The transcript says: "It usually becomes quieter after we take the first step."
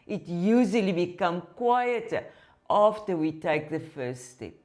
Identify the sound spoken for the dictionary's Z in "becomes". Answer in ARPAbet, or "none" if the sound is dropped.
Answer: none